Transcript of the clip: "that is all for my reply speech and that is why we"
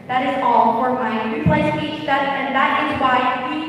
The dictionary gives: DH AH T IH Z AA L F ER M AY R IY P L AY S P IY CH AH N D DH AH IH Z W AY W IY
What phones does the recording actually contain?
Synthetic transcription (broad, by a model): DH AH T IH Z AA L F ER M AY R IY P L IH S IY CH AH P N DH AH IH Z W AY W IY